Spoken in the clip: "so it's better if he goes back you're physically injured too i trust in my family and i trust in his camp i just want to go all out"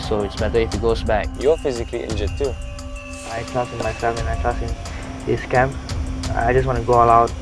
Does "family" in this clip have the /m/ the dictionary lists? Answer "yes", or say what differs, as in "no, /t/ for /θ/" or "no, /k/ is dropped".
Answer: no, /m/ is dropped